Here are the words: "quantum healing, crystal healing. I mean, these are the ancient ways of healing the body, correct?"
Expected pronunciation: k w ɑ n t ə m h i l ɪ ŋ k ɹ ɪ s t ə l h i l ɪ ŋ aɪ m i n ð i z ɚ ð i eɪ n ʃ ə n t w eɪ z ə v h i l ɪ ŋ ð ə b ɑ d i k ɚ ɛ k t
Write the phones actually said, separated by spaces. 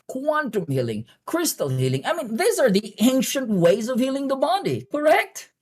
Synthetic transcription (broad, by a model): k w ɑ n t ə m h i l ɪ ŋ k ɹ ɪ s t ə l h i l ɪ ŋ aɪ m i n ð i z ɚ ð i eɪ n ʃ ə n t w eɪ z ə v h i l ɪ ŋ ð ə b ɑ d i k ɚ ɛ k t